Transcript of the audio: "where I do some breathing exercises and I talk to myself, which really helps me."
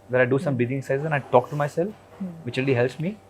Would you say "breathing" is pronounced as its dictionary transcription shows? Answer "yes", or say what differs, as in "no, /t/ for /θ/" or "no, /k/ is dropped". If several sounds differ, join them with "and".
no, /ɹ/ is dropped